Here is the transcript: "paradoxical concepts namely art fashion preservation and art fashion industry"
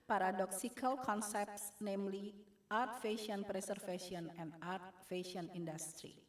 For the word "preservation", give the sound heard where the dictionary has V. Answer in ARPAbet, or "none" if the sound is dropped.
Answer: F